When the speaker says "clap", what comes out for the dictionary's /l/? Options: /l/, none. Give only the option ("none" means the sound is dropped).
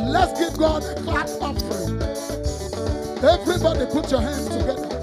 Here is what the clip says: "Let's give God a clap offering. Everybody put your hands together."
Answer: none